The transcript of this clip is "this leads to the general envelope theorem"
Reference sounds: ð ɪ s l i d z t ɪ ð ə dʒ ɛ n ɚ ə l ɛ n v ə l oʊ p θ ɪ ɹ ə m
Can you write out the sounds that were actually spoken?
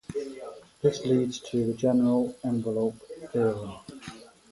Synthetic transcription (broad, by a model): ð ɪ s l i d z t ɪ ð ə dʒ ɛ n ɚ ə l ɛ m v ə l oʊ p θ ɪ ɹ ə